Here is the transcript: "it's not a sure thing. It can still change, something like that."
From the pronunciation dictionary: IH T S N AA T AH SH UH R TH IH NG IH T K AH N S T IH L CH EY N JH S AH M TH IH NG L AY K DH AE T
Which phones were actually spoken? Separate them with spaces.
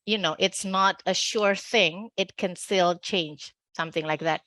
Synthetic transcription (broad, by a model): IH T S N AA T AH SH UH R TH IH NG IH T K AH N S T IH L CH EY N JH S AH M TH IH NG L AY K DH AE T